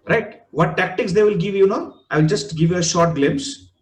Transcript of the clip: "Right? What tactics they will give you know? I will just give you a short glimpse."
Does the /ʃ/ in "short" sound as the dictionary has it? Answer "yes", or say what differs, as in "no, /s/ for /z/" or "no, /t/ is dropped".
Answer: yes